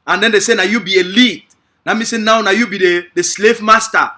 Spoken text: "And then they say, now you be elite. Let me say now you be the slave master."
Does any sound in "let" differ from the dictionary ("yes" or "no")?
yes